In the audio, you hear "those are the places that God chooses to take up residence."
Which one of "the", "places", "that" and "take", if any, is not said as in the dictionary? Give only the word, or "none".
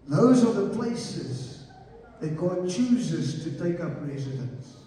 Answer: none